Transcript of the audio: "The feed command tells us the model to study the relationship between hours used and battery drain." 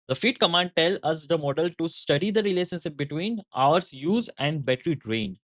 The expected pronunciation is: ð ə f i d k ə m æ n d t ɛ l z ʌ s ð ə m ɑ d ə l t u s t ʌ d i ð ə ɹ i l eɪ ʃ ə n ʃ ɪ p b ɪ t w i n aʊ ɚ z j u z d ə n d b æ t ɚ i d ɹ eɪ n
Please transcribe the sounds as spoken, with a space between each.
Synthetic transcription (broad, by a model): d ə f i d k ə m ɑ n d t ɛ l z ʌ s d ə m ɑ d ə l t u s t ʌ d i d ə ɹ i l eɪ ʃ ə n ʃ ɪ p b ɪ t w i n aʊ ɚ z j u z ə n d b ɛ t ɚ i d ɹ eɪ n